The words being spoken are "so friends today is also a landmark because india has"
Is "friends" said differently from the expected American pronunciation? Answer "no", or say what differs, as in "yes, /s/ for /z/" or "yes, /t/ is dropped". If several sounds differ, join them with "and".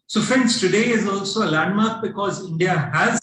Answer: yes, /ɹ/ is dropped and /s/ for /z/